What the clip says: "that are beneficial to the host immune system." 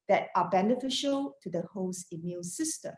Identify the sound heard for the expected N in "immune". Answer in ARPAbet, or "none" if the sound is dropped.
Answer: L